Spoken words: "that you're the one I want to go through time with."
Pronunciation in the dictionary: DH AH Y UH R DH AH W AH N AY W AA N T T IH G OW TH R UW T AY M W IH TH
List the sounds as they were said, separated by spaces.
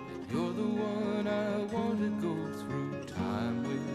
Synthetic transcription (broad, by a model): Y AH R DH AH W AH N AY W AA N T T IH G OW TH R UW T AY M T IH